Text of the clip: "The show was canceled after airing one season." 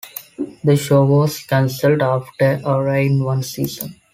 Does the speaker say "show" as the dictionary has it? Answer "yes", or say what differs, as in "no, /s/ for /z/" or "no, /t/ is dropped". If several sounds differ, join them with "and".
yes